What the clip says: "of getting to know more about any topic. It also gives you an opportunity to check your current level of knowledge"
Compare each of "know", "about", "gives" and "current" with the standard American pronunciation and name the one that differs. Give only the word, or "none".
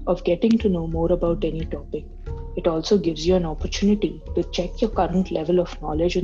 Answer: none